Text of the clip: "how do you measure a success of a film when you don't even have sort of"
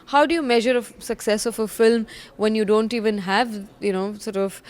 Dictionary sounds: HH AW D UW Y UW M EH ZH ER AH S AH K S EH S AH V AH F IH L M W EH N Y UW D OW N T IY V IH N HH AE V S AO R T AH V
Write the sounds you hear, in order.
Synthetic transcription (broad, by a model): HH AW D UW Y UW M EH ZH ER AH S AH K S EH S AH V AH F IH L M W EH N Y UW D OW N T IY V IH N HH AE V S AO R T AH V